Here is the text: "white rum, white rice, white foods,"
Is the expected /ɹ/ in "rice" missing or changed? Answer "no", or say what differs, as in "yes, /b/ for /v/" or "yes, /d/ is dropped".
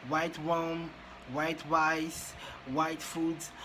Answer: yes, /w/ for /ɹ/